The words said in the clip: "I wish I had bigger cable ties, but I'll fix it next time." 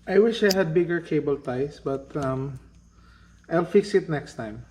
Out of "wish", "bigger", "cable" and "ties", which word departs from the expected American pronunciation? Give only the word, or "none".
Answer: ties